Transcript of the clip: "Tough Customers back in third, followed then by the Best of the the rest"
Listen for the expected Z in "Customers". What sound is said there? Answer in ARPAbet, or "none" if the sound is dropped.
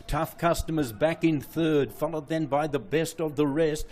Z